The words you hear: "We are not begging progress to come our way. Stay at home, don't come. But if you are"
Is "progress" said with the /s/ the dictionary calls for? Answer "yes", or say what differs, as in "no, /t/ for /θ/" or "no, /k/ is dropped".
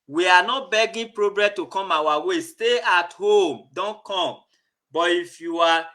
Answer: no, /s/ is dropped